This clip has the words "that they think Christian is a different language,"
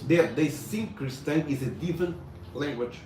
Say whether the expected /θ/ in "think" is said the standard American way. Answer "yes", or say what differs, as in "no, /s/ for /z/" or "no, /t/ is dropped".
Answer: no, /s/ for /θ/